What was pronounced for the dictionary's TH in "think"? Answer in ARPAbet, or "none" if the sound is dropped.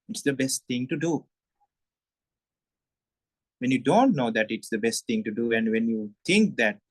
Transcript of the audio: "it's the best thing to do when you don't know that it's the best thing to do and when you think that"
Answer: T